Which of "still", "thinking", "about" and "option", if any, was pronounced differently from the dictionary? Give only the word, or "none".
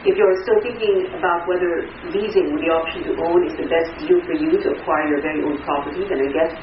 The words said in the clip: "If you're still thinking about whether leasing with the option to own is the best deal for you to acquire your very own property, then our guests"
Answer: none